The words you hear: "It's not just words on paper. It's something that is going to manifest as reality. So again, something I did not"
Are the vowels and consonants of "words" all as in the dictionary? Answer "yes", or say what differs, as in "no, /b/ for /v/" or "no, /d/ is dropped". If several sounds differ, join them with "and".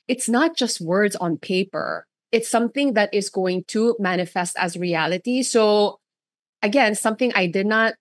yes